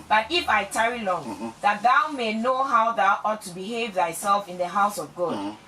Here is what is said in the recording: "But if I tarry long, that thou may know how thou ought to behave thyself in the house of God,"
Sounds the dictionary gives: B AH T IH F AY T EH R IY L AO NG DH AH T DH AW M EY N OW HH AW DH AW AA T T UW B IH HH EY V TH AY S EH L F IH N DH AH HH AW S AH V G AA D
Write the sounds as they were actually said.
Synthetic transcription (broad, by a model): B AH T IH F AY T EH R IY L AO NG DH AH T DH AW M EY N OW HH AW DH AW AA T T UW B IH HH EY V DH AY S EH L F IH N DH AH HH AW S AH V G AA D